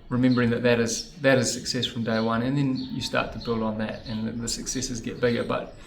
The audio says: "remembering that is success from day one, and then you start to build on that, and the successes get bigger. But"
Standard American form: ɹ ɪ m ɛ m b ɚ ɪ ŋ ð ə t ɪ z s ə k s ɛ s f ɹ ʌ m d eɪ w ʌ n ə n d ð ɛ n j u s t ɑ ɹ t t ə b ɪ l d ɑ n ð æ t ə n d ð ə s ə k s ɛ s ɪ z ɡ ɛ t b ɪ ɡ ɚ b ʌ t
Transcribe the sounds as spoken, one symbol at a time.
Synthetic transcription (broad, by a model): ɹ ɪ m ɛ m b ɚ ɪ ŋ ð ə t ɪ z s ə k s ɛ s f ɹ ʌ m d eɪ w ʌ n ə n ð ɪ n j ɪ s t ɑ ɹ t t ə b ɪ l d n ð æ t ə n ð ə s ə k s ɛ s ɪ z ɡ ɛ t b ɪ ɡ ɚ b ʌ t